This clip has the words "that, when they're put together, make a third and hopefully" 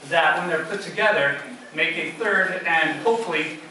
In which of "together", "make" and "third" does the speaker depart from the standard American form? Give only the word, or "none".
none